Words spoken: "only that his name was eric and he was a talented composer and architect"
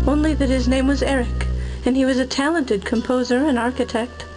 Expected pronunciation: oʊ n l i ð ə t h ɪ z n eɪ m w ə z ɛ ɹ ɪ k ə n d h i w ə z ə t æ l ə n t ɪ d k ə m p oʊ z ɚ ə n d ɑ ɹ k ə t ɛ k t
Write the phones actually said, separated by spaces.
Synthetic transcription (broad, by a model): oʊ n l i ð ə t h ɪ z n eɪ m w ə z ɛ ɹ ɪ k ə n i w ə z ə t æ l ə n t ɪ d k ə m p oʊ z ɚ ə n ɑ ɹ k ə t ɛ k t